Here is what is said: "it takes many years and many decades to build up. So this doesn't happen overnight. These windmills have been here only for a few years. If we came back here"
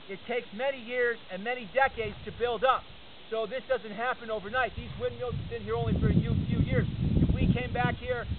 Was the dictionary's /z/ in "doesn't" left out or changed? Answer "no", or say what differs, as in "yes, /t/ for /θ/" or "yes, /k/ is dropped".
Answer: no